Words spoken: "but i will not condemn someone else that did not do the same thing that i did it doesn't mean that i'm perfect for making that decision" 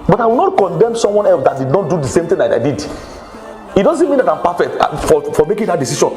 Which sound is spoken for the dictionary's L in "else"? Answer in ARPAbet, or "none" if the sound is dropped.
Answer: L